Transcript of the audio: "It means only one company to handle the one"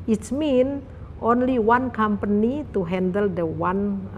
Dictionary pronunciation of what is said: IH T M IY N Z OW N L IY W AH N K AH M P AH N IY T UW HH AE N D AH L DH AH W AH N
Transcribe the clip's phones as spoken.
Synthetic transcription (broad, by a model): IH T M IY N OW N L IY W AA N K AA M P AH N IY T UW HH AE N D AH L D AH W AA N